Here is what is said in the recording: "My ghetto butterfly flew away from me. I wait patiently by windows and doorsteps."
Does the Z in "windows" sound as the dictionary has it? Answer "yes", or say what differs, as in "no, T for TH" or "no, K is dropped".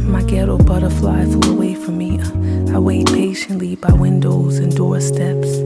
yes